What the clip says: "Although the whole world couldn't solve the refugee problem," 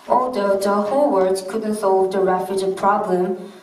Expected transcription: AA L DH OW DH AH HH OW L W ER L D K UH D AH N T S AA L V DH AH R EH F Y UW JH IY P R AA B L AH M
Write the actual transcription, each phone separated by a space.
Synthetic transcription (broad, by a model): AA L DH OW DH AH HH OW L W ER D K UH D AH N T S AA L V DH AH R EH F Y UW JH IY P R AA B L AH M